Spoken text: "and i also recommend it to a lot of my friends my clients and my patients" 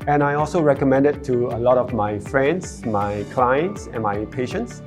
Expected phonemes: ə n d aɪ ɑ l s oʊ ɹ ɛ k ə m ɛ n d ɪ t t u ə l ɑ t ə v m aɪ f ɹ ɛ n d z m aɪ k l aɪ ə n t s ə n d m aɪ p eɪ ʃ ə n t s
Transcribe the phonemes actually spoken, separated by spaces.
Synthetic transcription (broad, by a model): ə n aɪ ɑ l s oʊ ɹ ɛ k ə m ɛ n d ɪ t t u ə l ɑ t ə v m aɪ f ɹ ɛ n d s m aɪ k l aɪ ə n t s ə n m aɪ p eɪ ʃ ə n t s